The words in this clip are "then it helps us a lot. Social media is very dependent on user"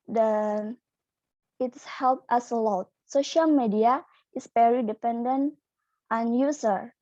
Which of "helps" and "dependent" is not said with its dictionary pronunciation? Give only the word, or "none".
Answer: helps